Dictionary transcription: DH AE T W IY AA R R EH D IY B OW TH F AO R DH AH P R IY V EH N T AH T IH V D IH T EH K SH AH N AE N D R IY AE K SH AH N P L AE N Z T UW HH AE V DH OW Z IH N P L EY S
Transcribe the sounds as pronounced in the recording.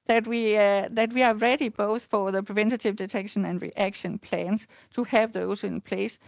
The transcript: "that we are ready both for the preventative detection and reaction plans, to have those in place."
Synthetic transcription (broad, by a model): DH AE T W IY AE W R EH D IY B OW TH F AO R DH AH P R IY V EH N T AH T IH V D IH T EH K SH AH N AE N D R IY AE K SH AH N P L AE N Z T UW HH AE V DH OW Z IH N P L EY S